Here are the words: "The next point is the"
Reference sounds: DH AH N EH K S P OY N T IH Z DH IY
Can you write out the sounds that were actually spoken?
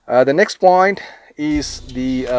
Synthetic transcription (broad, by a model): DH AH N EH K S P OY N T IH Z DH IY